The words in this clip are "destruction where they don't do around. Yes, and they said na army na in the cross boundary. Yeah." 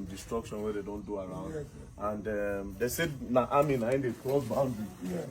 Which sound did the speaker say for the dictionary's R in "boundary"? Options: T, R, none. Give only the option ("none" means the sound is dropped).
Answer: none